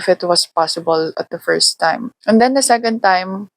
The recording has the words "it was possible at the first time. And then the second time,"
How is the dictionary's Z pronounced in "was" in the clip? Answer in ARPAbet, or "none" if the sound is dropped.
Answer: S